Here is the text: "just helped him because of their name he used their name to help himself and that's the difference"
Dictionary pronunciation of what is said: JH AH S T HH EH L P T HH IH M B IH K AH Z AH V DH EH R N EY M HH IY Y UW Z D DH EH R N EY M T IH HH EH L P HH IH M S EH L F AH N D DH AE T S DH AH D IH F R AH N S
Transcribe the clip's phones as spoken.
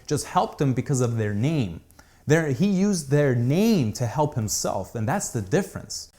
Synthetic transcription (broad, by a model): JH AH S T HH EH L P T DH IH M B IH K AH Z AH V DH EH R N EY M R IY Y UW Z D DH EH R N EY M T IH HH EH L P HH IH M S EH L F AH N DH AE T S DH AH D IH F R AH N S